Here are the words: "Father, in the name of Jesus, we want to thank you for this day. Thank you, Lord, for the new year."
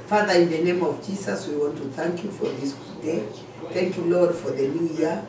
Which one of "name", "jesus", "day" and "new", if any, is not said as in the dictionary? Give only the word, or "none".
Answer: jesus